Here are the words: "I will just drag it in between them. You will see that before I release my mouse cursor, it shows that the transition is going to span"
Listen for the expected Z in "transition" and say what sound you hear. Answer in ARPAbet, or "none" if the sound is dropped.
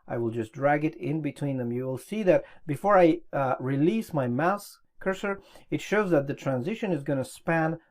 Z